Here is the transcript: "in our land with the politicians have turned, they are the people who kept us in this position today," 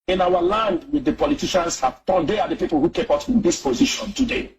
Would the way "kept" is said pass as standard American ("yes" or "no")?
no